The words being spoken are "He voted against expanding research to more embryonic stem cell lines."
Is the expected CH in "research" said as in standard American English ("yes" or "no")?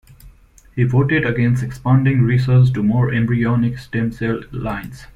no